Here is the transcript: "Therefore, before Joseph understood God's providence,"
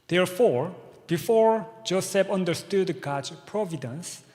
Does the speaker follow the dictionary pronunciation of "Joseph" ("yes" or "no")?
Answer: no